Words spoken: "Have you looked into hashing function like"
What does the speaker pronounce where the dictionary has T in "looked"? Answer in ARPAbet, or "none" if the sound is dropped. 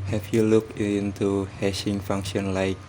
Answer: none